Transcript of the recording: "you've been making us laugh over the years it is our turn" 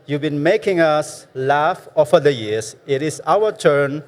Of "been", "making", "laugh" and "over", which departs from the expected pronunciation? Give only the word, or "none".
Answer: over